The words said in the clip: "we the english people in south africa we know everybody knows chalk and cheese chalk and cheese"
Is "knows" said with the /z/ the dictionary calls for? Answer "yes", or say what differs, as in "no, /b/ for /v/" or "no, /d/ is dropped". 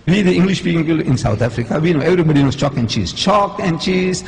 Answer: no, /s/ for /z/